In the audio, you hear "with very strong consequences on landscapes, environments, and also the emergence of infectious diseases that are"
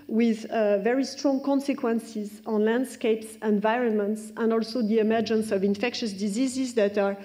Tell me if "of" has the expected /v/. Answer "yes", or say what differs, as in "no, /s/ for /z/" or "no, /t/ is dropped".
yes